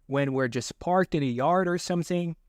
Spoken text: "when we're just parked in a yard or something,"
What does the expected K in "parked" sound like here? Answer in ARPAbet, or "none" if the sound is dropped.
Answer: K